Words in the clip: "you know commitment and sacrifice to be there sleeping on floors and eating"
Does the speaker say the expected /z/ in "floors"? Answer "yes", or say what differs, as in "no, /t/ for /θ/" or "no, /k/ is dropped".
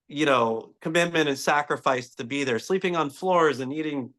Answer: yes